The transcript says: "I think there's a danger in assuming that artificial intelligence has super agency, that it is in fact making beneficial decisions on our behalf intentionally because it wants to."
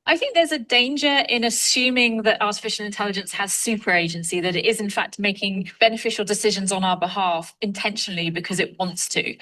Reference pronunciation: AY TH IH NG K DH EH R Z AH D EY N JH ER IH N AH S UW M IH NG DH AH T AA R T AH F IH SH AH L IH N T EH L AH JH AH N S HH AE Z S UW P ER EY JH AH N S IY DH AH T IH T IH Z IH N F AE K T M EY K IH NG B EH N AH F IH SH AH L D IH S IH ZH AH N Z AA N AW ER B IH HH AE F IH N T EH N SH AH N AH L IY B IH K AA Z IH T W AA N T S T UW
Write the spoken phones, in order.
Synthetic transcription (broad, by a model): AY TH IH NG K DH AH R Z AH D EY N JH ER IH N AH S UW M IH NG DH AH T AA T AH F IH SH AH L IH N T EH L AH JH AH N S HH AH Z S UW P ER EY JH AH N S IY DH AH T IH T IH Z IH N F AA K T M EY K IH NG B EH N AH F IH SH AH L D IH S IH ZH AH N Z N AW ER B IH HH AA F IH N T EH N SH AH N AH L IY B IH K AA Z IH T W AA N T S T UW